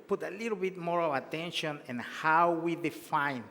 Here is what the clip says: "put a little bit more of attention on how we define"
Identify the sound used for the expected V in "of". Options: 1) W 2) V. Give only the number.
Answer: 1